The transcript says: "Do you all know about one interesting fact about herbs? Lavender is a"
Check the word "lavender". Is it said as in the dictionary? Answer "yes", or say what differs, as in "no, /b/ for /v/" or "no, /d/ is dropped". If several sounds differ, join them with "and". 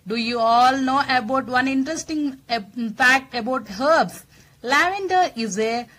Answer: yes